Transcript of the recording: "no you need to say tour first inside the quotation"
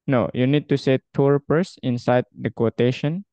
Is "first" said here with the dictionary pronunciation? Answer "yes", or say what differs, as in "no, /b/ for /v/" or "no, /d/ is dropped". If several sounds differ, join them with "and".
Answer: no, /p/ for /f/ and /t/ is dropped